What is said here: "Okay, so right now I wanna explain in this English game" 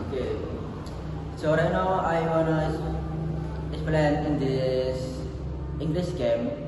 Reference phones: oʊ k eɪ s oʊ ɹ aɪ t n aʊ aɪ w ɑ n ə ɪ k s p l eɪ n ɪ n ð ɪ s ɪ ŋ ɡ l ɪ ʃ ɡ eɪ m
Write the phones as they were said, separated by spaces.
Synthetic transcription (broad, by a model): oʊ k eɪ s oʊ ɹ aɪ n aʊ aɪ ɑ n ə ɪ s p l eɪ n ɪ n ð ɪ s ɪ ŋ ɡ l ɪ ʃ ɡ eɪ m